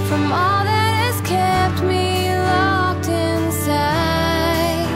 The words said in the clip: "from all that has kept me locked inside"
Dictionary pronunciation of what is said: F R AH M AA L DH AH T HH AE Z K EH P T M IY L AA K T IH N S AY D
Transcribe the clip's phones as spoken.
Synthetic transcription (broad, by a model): F R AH M AA L DH AH T HH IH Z K EH P T M IY L AA K T IH N S AY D